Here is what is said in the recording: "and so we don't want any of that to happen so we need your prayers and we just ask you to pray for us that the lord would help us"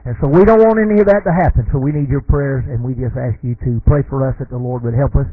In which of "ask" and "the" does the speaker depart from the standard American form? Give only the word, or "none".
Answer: none